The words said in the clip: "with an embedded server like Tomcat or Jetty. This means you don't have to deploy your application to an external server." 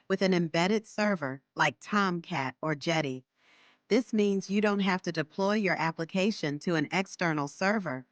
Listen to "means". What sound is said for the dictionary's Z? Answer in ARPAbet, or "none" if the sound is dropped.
Z